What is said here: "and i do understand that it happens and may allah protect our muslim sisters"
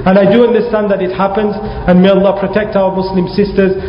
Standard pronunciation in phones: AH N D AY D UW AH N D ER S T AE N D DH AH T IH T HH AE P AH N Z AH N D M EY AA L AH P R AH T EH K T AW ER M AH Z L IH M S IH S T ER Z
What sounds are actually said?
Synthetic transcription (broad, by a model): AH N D AY D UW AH N D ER S T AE N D DH AH T IH T HH AE P AH N Z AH N M EY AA L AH P R AH T EH K T AW ER M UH S L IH M S IH S T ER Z